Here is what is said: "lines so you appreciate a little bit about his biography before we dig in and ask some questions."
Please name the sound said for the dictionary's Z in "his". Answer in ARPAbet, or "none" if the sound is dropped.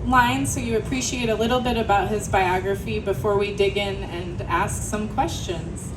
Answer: Z